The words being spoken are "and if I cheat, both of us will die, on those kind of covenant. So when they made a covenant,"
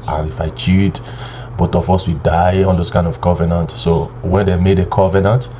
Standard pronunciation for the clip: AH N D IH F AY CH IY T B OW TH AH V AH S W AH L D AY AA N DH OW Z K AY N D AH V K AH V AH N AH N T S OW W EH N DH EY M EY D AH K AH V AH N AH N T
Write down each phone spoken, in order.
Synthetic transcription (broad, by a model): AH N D IH F AY CH IY T B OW T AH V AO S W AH D AY AA N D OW S K AY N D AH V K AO V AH N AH N T S OW W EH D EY M EY D AH K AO V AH N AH N T